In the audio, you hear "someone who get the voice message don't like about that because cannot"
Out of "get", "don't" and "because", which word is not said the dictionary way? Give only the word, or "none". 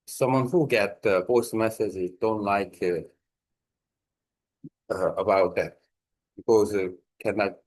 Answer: because